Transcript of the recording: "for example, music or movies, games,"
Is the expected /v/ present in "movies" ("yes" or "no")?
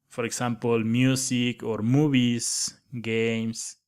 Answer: no